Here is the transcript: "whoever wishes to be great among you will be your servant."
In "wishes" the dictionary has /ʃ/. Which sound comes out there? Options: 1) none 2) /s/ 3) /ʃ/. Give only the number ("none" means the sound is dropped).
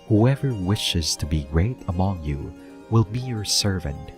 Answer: 3